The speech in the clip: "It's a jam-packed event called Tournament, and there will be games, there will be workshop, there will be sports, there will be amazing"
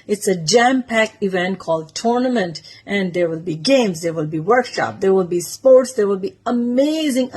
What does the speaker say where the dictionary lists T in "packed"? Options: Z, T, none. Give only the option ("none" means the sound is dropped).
none